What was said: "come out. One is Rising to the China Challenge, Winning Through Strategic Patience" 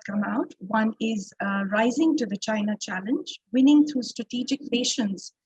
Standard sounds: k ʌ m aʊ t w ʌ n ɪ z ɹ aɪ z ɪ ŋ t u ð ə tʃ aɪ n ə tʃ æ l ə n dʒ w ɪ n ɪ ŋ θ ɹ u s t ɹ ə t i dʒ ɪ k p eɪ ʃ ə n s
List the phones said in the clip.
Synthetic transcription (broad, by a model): k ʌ m aʊ t w ʌ n ɪ z ɹ aɪ z ɪ ŋ t u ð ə tʃ aɪ n ə tʃ æ l ə n dʒ w ɪ n ɪ ŋ t ɹ u s t ɹ ə t i dʒ ɪ k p eɪ ʃ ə n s